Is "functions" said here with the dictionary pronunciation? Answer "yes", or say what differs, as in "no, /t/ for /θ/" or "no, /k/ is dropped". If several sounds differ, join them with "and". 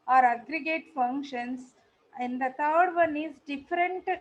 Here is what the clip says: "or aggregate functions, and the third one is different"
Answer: no, /s/ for /z/